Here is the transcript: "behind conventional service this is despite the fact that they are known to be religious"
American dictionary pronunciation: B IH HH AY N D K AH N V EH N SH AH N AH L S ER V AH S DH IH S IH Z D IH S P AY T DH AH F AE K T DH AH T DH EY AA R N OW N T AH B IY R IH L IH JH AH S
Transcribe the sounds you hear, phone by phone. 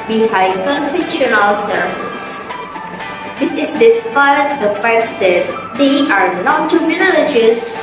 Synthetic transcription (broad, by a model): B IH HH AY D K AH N F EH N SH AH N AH L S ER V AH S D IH S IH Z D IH S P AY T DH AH F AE K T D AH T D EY AA R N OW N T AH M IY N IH L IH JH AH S